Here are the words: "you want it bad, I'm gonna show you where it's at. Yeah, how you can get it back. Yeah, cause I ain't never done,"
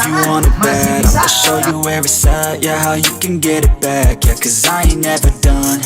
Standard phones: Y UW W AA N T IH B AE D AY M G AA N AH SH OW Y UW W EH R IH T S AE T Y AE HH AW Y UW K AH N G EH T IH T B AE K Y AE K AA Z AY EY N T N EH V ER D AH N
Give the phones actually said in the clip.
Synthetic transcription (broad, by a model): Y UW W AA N IH B AE D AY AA AH SH OW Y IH W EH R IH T S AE Y AE HH AW Y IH K AH N G EH T IH T B AE K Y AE K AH Z AY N N EH V ER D AH N